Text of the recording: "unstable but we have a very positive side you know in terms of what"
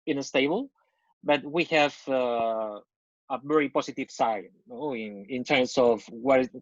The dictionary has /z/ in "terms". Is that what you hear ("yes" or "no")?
no